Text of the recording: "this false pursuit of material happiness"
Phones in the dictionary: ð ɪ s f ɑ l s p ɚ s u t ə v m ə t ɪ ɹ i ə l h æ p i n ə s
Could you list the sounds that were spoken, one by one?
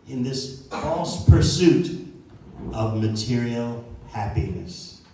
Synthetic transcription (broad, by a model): ð ɪ s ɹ ɑ s p ɚ s u t ə v m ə t ɪ ɹ i l h æ p i n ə s